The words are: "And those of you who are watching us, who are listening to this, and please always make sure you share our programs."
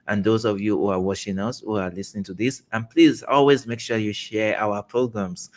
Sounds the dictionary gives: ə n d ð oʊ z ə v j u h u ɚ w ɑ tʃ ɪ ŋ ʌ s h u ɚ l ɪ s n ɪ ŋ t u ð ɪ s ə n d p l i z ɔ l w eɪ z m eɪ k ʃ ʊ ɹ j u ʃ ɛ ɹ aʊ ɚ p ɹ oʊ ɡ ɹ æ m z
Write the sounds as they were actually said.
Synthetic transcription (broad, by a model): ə n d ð oʊ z ə v j u h u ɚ w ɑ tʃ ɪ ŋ ʌ s h u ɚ l ɪ s n ɪ ŋ t u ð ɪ s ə n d p l i z ɔ l w eɪ z m eɪ k ʃ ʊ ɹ j u ʃ ɛ ɹ aʊ ɚ p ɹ oʊ ɡ ɹ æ m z